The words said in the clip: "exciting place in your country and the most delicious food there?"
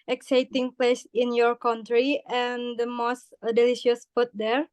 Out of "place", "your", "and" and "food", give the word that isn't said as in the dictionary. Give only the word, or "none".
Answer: food